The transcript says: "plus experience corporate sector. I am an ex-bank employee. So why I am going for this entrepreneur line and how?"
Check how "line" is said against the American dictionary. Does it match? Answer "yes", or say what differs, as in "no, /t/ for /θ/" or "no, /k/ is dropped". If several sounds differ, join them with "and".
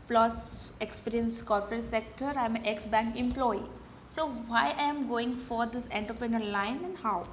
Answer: yes